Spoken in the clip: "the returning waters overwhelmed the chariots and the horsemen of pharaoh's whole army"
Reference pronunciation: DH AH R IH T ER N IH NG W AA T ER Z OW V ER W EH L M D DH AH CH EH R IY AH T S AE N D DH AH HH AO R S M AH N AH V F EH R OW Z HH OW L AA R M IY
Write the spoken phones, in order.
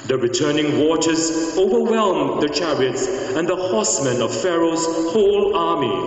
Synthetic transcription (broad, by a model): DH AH R IH T ER N IH NG W AA T ER Z OW V ER W EH L M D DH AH CH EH R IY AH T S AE N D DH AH HH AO S M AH N AH V F EH R OW Z HH OW L AA R M IY